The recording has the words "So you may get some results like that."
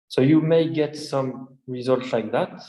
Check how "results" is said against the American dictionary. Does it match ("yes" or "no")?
yes